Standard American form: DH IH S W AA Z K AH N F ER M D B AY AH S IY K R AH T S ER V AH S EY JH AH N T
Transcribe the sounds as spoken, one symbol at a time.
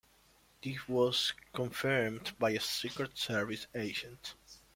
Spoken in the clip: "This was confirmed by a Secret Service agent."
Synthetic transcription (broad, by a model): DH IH W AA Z K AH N F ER M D B AY AH S IY K R AH T S ER V AH S EY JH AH N T